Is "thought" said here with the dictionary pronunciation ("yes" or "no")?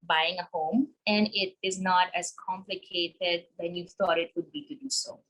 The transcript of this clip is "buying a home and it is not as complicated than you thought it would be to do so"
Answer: no